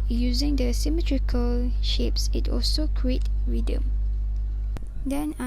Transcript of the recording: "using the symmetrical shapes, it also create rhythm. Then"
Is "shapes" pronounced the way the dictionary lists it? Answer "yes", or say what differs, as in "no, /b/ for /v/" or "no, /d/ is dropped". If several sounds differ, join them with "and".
yes